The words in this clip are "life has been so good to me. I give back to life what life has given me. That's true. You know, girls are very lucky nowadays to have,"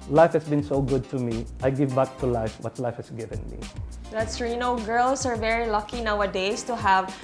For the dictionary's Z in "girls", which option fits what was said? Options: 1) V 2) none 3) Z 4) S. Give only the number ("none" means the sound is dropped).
4